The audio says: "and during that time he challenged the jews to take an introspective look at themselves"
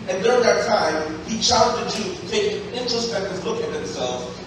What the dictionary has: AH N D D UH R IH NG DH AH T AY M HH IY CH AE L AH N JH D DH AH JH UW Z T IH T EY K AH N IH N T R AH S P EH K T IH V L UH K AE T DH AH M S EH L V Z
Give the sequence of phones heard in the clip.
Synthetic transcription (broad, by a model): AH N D D UH R IH NG DH AH T AY M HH IY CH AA AH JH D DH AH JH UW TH T IH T EY AH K IH N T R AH S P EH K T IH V L UH K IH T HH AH M S EH L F